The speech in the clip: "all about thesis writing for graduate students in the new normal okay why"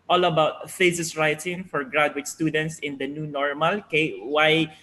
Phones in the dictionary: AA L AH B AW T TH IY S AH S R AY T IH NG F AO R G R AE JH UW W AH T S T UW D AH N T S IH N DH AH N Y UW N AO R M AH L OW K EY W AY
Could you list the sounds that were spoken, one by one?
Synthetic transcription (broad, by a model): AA L AH B AW T F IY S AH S R AY T IH NG F AO R G R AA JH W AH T S T UW D AH N T S IH N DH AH N Y UW N AO R M AH L OW K EY W AY